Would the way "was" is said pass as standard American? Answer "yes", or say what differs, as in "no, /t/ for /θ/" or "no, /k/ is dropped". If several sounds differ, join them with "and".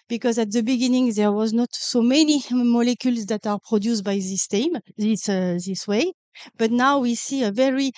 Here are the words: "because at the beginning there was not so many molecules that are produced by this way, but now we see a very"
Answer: yes